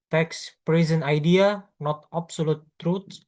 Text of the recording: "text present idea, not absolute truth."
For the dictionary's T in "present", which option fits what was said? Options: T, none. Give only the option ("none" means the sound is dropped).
none